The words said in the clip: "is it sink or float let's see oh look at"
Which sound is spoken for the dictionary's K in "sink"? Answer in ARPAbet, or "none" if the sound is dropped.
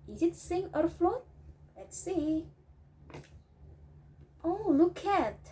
none